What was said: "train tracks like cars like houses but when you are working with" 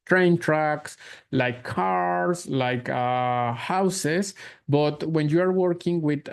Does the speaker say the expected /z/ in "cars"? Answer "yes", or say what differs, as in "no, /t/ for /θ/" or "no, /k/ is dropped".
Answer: no, /s/ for /z/